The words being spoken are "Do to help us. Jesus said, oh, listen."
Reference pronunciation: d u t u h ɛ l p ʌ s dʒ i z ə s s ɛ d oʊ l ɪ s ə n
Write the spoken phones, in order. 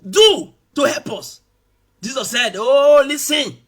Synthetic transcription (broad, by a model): d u t u h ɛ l p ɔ s dʒ i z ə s s ɛ d oʊ l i s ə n